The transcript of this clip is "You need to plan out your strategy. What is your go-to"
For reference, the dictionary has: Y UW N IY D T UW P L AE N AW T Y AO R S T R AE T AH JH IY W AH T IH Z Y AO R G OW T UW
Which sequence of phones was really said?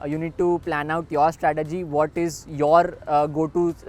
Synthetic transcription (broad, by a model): Y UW N IY D T UW P L AE N AW T Y AO R S T R AE T AH JH IY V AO T IH Z Y AO R G OW T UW